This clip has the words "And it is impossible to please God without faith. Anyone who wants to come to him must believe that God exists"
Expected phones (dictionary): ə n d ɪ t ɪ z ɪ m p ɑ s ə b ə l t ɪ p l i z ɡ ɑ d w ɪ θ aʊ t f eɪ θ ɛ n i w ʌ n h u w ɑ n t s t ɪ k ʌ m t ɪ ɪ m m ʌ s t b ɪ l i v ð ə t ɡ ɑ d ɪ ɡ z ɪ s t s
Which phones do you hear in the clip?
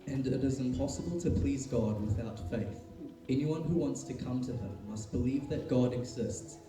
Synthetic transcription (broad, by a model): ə n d ɪ t ɪ z ɪ m p ɑ s ə b ə l t ɪ p l i z ɡ ɑ d w ɪ θ aʊ t f eɪ θ ɛ n i w ʌ n h u w ɑ n t s t ɪ k ʌ m t ɪ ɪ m m ʌ s t b ɪ l i v ð ə t ɡ ɑ d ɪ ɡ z ɪ s t s